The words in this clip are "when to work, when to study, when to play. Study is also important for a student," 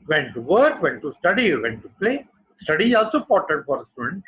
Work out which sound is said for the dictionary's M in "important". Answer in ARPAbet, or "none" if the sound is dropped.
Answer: none